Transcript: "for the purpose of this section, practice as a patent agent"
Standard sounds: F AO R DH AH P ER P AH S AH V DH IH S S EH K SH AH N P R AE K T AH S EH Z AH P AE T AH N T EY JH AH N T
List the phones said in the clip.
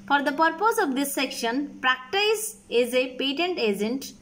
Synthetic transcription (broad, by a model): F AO R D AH P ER P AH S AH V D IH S S EH K SH AH N P R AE K T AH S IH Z AH P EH T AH N T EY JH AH N T